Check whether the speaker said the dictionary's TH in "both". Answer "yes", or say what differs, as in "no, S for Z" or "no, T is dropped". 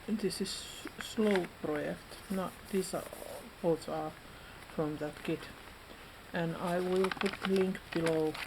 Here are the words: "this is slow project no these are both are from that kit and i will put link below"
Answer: no, S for TH